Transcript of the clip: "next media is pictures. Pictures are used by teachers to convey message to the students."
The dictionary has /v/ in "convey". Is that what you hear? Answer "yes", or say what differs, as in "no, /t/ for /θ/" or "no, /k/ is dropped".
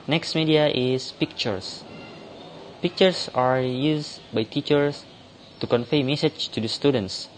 no, /f/ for /v/